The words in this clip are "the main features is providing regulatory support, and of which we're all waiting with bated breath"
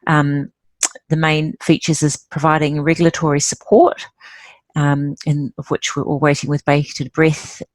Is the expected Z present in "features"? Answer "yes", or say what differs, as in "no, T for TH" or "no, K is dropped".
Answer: yes